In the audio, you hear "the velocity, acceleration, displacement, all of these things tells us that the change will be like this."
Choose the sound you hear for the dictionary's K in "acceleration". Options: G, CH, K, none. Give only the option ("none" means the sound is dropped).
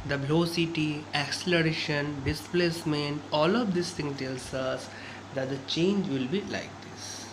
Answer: K